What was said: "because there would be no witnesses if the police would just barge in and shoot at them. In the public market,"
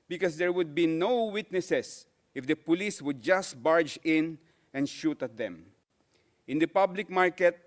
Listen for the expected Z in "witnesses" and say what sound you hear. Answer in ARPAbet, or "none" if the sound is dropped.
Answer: S